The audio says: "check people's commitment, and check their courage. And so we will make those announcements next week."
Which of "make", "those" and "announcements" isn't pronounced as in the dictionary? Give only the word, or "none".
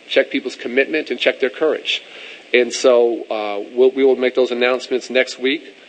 none